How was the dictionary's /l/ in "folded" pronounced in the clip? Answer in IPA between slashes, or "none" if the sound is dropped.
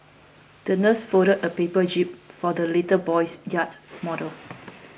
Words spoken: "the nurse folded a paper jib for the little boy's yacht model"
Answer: none